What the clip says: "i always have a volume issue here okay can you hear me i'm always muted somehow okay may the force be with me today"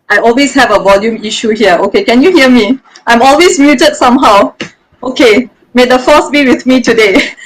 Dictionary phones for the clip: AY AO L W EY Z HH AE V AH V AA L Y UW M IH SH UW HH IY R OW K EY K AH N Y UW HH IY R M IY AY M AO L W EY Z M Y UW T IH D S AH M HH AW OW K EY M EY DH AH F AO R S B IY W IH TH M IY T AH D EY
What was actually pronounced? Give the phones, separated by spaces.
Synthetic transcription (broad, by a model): AY AO L W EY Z HH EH V AH V AA L Y UW M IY SH UW HH IY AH OW K EY K AH N Y UW HH IY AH M IY AY M AO L W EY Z M Y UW T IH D S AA M HH AW OW K EY M EY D AH F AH S B IY W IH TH M IY T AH D EY